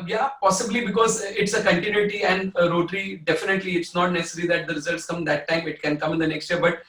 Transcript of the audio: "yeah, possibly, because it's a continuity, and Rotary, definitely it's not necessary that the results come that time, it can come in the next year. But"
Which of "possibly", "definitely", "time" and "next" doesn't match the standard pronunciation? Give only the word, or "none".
none